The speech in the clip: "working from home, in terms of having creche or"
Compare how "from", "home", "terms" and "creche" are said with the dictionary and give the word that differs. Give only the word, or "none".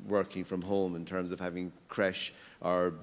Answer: none